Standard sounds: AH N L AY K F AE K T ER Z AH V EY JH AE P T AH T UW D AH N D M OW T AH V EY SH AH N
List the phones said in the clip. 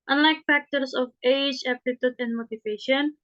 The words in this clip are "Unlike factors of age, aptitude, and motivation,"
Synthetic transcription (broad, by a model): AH N L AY K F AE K T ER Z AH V EY JH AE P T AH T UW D AH N D M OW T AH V EY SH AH N